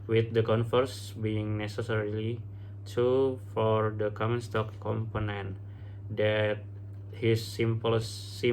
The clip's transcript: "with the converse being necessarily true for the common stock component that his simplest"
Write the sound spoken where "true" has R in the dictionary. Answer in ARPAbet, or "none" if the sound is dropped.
none